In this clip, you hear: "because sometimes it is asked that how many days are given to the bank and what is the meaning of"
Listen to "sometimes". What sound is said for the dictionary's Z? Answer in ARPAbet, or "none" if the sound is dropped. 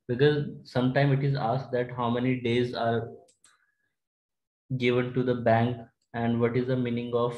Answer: none